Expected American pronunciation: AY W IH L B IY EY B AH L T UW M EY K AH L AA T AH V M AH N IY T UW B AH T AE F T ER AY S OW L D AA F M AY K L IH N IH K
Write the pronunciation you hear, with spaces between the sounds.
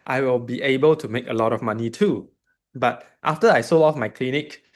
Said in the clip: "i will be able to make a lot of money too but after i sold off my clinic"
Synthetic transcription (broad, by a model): AY W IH L B IY EY B AH L T UW M EY K AH L AA T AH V M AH N IY T UW B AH T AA F T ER AY S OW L AA F M AY K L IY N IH K